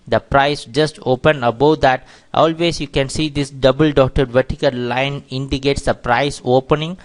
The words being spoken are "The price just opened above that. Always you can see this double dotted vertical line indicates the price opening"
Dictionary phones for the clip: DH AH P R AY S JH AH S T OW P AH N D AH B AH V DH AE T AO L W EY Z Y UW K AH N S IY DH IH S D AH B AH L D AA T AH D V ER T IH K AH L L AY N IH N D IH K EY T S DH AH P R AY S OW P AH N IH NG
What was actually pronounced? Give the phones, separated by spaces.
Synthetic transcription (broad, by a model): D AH P R AY S JH AH S T OW P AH N AH B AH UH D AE T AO L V EY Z Y UW K AH N S IY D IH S D AH B AH L D AA T AH D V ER T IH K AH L L AY N IH N D IH K EY T S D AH P R AY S OW P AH N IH NG